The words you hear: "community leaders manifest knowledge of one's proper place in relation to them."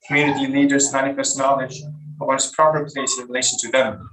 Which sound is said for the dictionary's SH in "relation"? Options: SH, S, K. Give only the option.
SH